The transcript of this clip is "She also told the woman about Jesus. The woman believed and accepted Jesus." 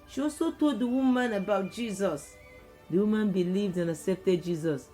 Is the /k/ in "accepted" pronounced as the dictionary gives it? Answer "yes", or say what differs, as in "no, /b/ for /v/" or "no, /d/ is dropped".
no, /k/ is dropped